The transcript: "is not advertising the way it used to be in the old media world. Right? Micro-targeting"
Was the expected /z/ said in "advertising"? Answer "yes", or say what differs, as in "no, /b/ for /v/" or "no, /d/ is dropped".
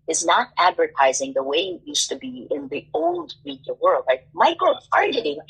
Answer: yes